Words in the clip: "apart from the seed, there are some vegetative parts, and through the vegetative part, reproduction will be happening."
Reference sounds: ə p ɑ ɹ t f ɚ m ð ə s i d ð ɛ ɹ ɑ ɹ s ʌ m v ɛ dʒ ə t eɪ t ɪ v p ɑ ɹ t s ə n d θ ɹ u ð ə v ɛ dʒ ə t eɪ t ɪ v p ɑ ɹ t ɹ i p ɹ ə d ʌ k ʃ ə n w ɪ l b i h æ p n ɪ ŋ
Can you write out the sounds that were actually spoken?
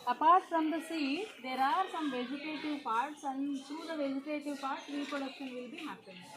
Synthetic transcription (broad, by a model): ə p ɑ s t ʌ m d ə s i d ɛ ɹ ɑ ɹ s ʌ m v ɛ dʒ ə t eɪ t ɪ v p ɑ ɹ t s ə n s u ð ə v ɛ dʒ ə t eɪ t ɪ v p ɑ ɹ t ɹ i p ə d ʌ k ə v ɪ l b i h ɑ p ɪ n